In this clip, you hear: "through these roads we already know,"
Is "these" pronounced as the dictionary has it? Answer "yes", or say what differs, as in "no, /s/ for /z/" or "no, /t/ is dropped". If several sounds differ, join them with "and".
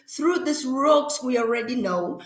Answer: no, /s/ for /z/